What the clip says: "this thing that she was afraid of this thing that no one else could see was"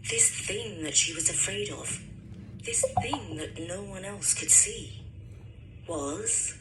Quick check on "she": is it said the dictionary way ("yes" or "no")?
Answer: yes